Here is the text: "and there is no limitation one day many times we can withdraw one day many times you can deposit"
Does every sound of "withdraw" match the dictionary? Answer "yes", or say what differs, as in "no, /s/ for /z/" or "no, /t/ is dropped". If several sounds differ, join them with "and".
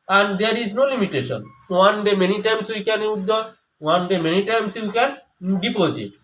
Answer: no, /ɹ/ is dropped